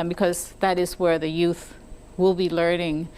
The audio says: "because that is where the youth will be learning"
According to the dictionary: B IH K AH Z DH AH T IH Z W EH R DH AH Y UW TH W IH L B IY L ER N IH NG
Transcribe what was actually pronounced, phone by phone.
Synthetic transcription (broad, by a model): B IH K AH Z DH AH T IH Z W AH R DH AH Y UW TH W IH L B IY L ER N IH NG